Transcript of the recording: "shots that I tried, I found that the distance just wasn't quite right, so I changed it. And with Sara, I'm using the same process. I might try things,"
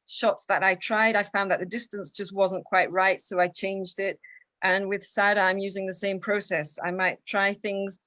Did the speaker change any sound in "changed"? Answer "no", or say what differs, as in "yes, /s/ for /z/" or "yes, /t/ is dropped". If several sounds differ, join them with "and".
no